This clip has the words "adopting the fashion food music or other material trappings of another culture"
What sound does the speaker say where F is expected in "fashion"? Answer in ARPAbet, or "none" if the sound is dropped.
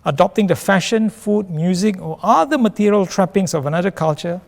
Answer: F